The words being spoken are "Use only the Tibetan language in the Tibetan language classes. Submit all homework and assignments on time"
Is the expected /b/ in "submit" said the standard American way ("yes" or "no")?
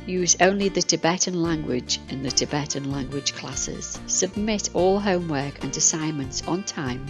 yes